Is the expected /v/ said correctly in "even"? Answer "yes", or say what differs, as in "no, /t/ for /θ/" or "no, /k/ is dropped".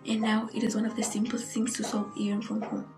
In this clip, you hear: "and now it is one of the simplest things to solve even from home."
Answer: no, /v/ is dropped